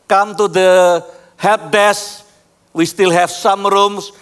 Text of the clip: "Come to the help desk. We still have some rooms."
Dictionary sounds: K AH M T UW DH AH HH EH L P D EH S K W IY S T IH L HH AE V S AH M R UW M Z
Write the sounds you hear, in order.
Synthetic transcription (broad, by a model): K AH M T UW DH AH HH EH P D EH S W IY S T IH L HH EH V S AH M R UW M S